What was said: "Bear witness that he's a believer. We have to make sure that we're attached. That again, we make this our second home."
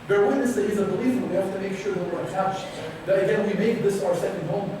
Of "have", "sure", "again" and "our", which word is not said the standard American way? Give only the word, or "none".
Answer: have